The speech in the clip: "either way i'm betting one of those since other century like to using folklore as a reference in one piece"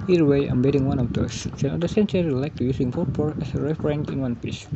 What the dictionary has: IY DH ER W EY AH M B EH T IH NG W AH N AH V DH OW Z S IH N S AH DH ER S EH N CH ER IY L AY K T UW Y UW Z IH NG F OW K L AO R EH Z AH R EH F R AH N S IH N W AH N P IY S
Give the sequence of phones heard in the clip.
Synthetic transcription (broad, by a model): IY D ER W EY AH M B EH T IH NG W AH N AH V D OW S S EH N AH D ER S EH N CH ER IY L AY K T UW Y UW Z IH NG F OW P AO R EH S AH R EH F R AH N IH N W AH N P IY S